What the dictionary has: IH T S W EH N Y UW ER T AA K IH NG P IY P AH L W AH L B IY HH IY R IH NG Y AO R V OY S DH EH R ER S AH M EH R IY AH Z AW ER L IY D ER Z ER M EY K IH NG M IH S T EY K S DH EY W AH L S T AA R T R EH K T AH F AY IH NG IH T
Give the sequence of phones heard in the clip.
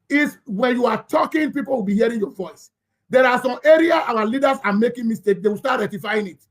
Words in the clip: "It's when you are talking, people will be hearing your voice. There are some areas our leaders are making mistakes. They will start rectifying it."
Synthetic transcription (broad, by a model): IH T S W EH N Y UW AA T AA K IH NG P IY P AH L W AH L B IY HH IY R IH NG Y AO V OY S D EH R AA S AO M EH R IY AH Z AW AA L IY D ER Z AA M EY K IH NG M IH S T EY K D EY W AH L S T AA T R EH T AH F AY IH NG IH T